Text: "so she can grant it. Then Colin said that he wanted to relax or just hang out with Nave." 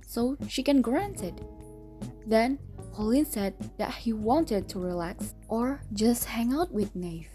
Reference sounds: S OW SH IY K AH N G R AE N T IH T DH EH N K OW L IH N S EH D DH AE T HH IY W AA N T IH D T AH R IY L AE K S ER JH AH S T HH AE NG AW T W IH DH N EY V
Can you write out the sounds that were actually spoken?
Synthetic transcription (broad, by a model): S OW SH IY K AH N G R AE N T IH T DH EH N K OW L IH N S EH D DH AE T HH IY W AA N T IH D T AH R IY L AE K S ER JH AH S T HH AE NG AW T W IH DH N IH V